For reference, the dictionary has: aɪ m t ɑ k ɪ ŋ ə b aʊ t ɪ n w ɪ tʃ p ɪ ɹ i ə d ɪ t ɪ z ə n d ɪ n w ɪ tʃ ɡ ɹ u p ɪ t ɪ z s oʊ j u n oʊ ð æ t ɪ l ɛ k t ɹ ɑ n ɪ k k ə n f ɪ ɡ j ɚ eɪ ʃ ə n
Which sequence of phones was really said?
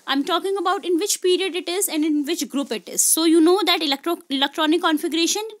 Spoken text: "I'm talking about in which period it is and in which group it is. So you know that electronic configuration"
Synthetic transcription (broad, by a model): aɪ m t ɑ k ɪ ŋ ə b aʊ t ɪ n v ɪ tʃ p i ɹ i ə d ɪ t ɪ z ə n d ɪ n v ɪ tʃ ɡ ɹ u p ɪ t ɪ z s oʊ j u n oʊ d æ t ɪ l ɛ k t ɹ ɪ l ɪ k k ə n f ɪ ɡ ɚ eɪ ʃ ə n